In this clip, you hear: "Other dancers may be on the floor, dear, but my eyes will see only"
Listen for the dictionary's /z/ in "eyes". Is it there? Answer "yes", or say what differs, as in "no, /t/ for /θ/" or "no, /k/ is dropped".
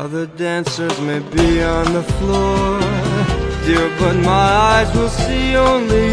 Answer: yes